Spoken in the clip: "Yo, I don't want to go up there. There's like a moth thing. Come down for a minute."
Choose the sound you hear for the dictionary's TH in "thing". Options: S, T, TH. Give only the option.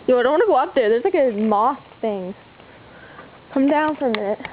TH